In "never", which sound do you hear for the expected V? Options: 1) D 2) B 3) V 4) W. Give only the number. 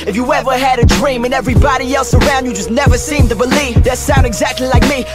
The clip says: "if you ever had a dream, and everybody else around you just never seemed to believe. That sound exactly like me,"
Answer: 3